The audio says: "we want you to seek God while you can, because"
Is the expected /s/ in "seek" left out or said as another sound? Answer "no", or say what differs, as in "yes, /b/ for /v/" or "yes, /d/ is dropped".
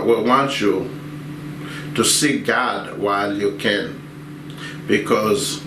no